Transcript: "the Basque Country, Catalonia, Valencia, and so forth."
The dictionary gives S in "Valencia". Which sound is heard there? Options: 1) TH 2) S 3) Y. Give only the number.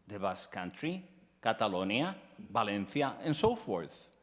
1